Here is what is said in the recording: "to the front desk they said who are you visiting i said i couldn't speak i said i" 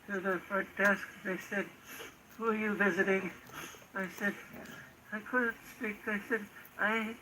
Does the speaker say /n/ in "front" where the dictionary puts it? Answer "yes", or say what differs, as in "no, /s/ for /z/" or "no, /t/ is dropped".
no, /n/ is dropped